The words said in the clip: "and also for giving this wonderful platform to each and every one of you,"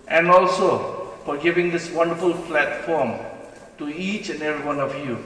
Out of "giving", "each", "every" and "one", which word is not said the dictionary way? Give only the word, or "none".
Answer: none